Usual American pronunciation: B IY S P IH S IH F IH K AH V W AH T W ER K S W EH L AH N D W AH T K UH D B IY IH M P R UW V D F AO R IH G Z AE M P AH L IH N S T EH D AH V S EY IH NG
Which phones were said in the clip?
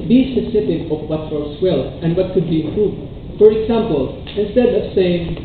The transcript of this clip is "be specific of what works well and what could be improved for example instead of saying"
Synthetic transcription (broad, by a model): B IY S IH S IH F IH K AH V W AH T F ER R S W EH L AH N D W AH T K UH D B IY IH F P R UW D F AO R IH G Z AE M P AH L IH N S T EH D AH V S EY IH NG